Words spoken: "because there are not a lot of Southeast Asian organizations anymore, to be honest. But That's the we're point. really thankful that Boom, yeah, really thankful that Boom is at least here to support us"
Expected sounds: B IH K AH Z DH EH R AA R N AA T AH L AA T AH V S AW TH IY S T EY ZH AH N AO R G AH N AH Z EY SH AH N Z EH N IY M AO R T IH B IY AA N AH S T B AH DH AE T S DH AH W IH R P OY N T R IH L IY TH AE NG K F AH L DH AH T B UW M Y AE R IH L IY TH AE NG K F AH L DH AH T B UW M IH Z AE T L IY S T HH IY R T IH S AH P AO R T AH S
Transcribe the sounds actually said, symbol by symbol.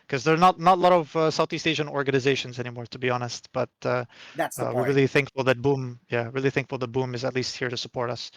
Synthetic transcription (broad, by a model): K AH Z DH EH R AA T N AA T AH L AA T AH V S AW TH IY S T EY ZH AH N AO R G AH N AH Z EY SH AH N Z EH N IY M AO R T IH B IY AA N AH S T B AH T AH W IH R R IH L IY TH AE NG K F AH L DH AH T B UW M Y AE R IH L IY TH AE NG K F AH L DH AH T B UW M IH Z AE T L IY S T HH IY R T IH S AH P AO R T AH S